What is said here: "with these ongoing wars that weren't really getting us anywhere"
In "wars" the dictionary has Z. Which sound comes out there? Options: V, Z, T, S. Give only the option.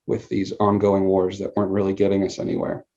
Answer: Z